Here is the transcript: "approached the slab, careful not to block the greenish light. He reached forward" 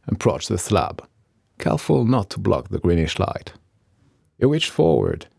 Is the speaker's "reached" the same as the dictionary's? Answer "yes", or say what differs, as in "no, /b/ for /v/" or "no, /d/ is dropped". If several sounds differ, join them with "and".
no, /w/ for /ɹ/